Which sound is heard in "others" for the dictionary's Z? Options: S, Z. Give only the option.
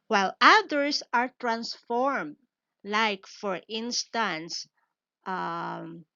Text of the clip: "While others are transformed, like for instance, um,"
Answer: S